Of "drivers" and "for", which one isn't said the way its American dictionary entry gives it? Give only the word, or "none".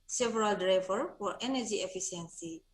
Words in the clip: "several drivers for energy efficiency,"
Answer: drivers